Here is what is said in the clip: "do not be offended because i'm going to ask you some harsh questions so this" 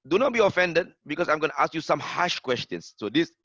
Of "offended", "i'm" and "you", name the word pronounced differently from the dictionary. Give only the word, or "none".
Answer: none